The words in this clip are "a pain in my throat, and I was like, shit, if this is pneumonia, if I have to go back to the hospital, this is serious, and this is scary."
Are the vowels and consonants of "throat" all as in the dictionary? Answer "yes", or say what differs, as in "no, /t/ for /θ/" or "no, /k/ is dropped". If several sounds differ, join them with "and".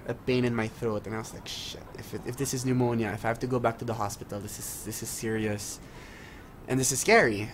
yes